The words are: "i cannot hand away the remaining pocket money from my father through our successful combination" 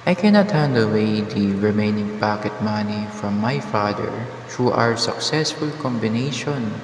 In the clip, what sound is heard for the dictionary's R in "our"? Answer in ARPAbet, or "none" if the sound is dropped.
R